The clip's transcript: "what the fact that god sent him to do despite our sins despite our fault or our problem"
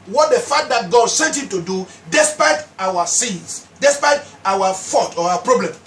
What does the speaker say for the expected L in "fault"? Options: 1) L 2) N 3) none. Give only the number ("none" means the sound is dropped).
3